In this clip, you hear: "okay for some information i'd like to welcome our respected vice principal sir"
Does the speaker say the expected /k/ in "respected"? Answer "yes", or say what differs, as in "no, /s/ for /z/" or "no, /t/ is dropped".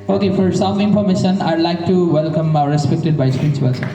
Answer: yes